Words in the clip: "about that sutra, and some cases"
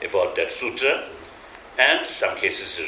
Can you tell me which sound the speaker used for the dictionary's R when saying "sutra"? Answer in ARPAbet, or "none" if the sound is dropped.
none